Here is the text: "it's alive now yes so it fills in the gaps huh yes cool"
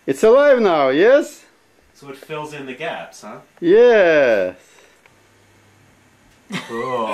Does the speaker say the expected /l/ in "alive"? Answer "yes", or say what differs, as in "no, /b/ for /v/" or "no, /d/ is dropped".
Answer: yes